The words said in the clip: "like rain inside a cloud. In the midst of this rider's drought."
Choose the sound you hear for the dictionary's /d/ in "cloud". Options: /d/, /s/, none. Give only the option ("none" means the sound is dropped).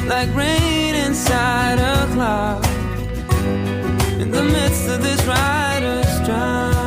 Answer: none